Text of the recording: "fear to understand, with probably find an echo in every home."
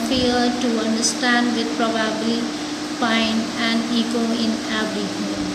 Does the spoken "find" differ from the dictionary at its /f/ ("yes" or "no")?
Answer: yes